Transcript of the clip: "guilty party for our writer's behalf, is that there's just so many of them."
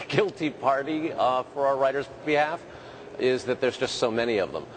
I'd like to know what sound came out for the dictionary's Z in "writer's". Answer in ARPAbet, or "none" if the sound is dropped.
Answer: Z